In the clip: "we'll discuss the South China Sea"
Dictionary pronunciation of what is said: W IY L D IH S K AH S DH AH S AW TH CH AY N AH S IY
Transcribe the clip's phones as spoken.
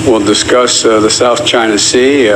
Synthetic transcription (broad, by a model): W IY L D IH S K AH S DH AH S AW TH CH AY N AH S IY